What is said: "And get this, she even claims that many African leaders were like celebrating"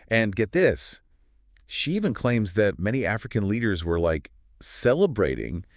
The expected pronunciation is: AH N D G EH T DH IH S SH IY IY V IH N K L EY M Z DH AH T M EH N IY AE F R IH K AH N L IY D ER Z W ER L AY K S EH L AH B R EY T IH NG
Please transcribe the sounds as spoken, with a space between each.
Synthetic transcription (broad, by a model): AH N G EH T DH IH S SH IY IY V IH N K L EY M Z DH AH T M EH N IY AE F R IH K AH N L IY D ER Z W ER L AY K S EH L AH B R EY T IH NG